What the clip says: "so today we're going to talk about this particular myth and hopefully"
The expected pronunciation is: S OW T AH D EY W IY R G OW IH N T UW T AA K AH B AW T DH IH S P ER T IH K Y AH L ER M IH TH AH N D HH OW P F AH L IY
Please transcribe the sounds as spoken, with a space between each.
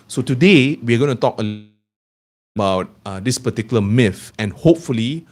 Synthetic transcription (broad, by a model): S OW T AH D EY W IY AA G OW IH N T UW T AA K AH B AW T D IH S P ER T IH K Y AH L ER M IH F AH N HH OW P F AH L IY